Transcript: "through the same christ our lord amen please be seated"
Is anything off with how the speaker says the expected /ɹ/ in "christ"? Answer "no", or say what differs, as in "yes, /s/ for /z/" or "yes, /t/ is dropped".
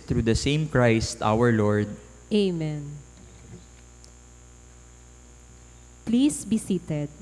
no